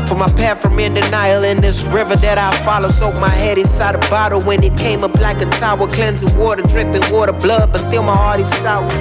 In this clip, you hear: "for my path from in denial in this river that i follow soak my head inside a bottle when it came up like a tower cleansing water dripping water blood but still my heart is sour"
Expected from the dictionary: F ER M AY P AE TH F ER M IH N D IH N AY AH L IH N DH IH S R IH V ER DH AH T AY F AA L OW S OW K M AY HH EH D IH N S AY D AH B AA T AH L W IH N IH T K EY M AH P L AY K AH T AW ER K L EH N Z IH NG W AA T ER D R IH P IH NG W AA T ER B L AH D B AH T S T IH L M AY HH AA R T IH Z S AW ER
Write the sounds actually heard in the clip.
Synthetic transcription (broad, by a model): F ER M AY P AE F ER M IH N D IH N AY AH L IH N DH IH S R IH V ER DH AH T AY F AA L OW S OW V M AY HH EH D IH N S AY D AH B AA T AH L W IH N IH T K EY M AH B L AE K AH T AW ER K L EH N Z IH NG W AA T ER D R IH P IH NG W AA T ER B L AH D B AH T S T IH L M AY HH AA R T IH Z S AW